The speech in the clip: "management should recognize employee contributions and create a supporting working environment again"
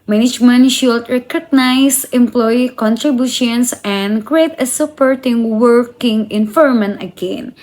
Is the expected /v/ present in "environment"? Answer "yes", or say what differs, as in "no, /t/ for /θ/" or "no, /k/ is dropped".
no, /f/ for /v/